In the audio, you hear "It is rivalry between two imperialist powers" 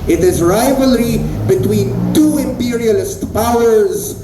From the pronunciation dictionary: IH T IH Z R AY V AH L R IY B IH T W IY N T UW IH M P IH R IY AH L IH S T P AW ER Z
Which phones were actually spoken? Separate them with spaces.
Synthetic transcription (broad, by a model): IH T IH Z R AY V AH L R IY B IH T W IY N T UW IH M P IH R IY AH L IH S T P AW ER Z